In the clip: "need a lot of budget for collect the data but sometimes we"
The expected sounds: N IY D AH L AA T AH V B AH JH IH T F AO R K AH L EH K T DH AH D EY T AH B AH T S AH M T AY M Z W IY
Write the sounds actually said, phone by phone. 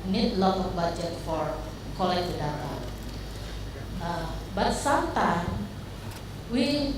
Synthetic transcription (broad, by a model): N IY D L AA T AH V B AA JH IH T F AO R K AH L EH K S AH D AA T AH B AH T S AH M T AY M W IY